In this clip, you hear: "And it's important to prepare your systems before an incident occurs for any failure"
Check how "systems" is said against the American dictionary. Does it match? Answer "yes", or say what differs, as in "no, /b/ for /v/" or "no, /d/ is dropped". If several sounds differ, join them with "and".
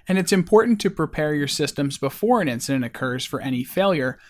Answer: yes